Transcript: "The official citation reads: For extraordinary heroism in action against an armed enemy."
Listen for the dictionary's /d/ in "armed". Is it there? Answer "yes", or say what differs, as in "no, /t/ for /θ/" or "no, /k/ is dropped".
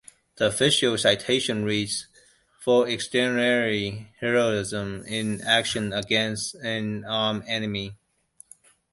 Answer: no, /d/ is dropped